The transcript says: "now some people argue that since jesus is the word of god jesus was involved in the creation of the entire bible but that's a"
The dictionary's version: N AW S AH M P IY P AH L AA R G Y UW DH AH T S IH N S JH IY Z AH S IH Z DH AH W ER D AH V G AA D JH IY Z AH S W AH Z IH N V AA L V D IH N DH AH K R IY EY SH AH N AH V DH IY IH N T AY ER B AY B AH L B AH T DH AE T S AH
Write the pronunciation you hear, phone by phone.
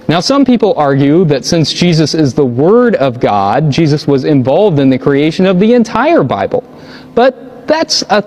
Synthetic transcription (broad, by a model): N AW S AH M P IY P L AA R G Y UW DH AH T S IH N S JH IY Z AH S IH Z DH AH W ER D AH V G AA D JH IY Z AH S W AH Z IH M V AA L V D IH N DH AH K R IY EY SH AH N AH V DH IY IH N T AY ER B AY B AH L B AH T DH AE T S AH